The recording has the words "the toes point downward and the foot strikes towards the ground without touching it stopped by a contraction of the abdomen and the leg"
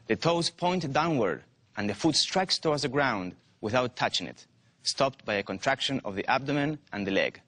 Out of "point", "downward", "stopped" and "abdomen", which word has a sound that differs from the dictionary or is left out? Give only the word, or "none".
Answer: none